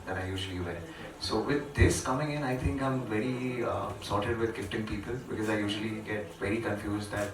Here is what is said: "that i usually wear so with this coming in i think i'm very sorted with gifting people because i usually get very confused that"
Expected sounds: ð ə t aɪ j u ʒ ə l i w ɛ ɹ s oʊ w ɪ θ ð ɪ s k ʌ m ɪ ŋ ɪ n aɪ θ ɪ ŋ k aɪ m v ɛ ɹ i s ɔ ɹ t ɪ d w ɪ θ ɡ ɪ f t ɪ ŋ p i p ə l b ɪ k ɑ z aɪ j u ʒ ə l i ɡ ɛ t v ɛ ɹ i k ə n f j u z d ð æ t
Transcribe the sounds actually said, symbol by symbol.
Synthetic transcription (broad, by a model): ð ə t aɪ j u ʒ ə l i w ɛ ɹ s oʊ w ɪ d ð ɪ s k ʌ m ɪ ŋ ɪ n aɪ t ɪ ŋ k aɪ m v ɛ ɹ i s ɔ ɹ t ɪ d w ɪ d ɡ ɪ p t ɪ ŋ p i p ə l b ɪ k ɑ z aɪ j u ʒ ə l i ɡ ɛ t v ɛ ɹ i k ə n f j u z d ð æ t